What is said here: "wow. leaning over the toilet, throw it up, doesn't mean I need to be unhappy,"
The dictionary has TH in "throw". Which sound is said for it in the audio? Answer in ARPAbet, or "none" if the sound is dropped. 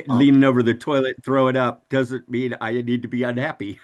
TH